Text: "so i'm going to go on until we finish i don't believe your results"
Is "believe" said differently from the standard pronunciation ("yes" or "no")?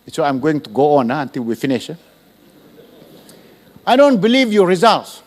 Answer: no